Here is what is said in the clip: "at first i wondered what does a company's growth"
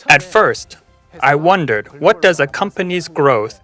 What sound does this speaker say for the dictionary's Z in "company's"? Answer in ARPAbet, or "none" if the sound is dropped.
Z